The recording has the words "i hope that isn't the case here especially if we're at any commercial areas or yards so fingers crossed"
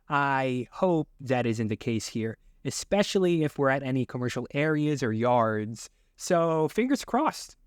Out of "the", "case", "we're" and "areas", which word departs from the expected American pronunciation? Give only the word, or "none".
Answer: none